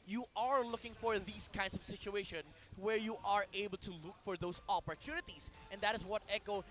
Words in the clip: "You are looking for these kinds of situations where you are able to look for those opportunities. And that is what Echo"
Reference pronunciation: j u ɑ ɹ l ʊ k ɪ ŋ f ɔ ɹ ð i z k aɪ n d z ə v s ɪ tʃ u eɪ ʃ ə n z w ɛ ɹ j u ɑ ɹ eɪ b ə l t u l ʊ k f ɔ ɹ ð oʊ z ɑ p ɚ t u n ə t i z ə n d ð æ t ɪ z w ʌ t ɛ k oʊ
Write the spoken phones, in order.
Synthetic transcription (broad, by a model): j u ɑ ɹ l ʊ k ɪ ŋ f ɔ ɹ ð i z k aɪ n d s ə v s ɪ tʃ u eɪ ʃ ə n w ɛ ɹ j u ɑ ɹ eɪ b ə l t u l ʊ k f ɔ ɹ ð oʊ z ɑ p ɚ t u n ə t i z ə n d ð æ t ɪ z w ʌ t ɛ k oʊ